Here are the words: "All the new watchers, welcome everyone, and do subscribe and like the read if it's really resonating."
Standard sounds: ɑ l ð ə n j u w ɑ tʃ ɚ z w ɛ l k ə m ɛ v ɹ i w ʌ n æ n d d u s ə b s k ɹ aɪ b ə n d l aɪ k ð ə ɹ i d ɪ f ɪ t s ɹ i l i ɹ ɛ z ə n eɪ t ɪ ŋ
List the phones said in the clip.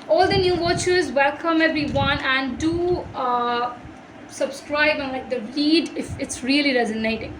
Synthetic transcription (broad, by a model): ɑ l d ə n j u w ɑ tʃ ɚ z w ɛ l k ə m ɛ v ɹ i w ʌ n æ n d d u s ə b s k ɹ aɪ b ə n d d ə l i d ɪ f ɪ t s ɹ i l i ɹ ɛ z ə n eɪ t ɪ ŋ